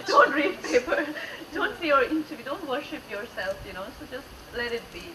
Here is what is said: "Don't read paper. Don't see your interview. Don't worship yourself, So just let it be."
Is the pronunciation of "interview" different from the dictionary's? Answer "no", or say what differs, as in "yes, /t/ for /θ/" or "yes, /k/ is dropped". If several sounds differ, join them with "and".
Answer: yes, /v/ is dropped